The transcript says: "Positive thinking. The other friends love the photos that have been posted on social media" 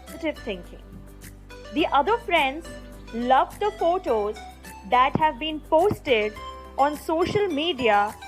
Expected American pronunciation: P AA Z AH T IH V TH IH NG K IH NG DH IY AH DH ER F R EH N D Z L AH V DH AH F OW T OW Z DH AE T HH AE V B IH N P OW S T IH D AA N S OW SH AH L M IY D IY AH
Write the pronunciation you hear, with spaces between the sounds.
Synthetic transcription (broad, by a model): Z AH T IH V T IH NG K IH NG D IY AH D ER F R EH N D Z L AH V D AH F OW T OW Z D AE T HH AE V B IH N P OW S T IH D AA N S OW SH AH L M IY D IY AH